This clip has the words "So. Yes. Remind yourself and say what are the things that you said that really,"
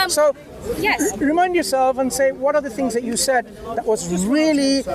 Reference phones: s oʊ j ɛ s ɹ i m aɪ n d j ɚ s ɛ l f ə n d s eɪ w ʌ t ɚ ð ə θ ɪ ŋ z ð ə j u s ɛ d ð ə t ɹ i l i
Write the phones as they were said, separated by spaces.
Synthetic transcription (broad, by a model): s oʊ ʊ ɹ i m aɪ n d j ɚ s ɛ l f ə n s eɪ w ʌ t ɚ ð ə θ ɪ ŋ z ð ə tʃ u s ɛ d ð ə t ɹ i l i